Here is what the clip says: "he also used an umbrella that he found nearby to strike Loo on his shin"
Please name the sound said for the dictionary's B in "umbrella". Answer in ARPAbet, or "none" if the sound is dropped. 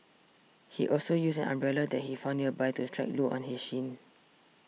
B